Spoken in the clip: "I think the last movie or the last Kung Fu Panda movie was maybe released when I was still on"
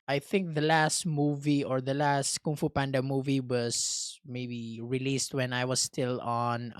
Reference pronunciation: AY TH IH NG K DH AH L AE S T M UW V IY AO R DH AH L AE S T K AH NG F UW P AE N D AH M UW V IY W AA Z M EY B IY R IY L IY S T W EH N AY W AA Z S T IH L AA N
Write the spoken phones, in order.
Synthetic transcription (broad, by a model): AY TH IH NG K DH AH L AE S T M UW V IY AO R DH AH L AE S T K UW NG F UW P AE N D AH M UW V IY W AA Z M EY B IY R IY L IY S T W EH N AY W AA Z S T IH L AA N